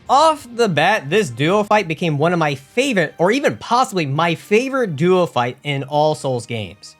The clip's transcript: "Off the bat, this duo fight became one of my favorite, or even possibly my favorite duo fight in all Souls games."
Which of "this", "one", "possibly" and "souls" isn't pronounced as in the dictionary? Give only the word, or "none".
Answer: none